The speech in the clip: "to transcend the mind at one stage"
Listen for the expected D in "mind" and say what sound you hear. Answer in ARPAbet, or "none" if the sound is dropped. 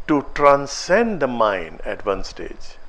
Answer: none